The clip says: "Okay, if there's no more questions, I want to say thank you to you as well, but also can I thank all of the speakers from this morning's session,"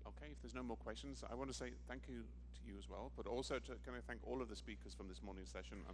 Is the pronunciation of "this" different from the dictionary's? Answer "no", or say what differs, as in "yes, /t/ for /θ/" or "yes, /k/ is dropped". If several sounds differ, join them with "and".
no